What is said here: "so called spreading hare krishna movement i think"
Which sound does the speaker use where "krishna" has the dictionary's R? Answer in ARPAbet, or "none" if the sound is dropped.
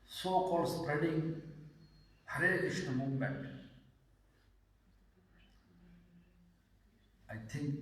none